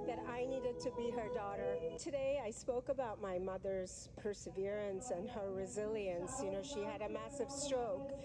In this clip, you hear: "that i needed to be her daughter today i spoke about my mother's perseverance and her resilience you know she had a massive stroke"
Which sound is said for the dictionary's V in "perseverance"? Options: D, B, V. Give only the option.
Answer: V